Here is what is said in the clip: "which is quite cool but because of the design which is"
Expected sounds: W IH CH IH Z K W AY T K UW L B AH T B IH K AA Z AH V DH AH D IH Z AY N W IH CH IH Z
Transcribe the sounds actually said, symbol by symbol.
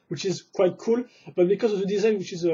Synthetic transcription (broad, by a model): W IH CH IH Z K W AY T K UW L B AH T B IH K AA Z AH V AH D IH Z AY N W IH CH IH Z